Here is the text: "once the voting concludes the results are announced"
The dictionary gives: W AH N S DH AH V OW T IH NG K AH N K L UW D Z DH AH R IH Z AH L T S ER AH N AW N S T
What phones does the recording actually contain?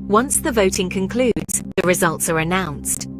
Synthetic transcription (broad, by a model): W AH N S DH AH V OW T IH NG K AH N K L UW D Z DH AH R IH Z AH L T S ER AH N AW N S T